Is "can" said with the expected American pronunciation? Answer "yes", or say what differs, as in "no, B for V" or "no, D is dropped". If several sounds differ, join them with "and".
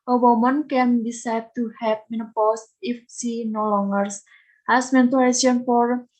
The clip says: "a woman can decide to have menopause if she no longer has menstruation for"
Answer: yes